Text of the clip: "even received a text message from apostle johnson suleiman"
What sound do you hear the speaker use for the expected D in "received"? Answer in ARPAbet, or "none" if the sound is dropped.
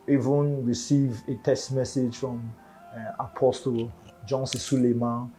none